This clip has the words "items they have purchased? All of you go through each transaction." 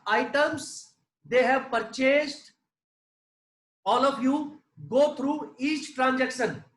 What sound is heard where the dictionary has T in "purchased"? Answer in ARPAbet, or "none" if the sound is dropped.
T